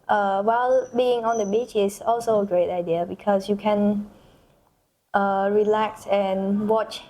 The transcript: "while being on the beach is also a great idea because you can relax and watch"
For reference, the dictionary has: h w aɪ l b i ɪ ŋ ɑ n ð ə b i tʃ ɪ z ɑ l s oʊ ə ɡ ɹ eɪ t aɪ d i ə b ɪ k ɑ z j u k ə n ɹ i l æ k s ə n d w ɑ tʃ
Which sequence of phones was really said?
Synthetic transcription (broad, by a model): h w aɪ l b i ɪ ŋ ɑ n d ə b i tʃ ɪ s ɑ l s oʊ ə ɡ ɹ eɪ t aɪ d i ə b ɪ k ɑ s j u k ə n ɹ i l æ k s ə n w ɑ tʃ